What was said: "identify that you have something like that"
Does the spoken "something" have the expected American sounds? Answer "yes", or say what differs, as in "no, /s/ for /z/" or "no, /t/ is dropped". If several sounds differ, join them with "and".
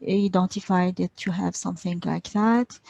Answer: yes